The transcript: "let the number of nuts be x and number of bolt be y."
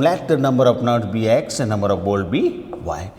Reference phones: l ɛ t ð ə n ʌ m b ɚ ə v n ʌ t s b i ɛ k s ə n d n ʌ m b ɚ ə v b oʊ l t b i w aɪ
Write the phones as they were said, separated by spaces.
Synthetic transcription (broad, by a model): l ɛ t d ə n ʌ m b ɚ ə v n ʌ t b i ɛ k s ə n n ʌ m b ɚ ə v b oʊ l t b i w aɪ